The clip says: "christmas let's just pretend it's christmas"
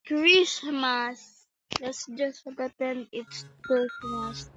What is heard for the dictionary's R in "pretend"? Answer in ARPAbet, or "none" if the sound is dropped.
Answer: none